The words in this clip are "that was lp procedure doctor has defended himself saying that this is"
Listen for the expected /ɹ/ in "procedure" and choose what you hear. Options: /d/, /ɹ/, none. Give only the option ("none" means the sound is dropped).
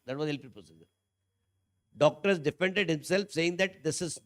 none